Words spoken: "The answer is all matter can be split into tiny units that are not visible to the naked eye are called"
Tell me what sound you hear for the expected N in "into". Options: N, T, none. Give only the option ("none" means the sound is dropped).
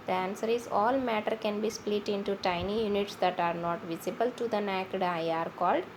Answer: N